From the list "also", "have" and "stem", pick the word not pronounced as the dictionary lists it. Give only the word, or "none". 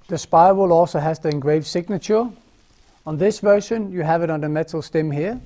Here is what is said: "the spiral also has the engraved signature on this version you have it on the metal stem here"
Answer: none